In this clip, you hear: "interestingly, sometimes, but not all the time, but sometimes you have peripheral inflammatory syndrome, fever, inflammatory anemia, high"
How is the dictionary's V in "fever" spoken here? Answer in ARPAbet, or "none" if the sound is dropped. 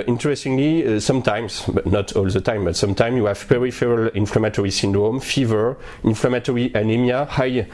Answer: V